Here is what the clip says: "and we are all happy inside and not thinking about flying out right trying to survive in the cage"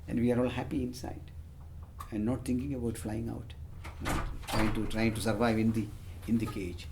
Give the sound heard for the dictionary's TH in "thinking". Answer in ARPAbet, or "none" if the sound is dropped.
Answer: T